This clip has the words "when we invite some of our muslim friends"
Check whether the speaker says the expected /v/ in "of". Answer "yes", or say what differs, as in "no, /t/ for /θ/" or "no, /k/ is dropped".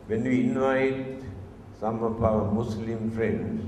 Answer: no, /p/ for /v/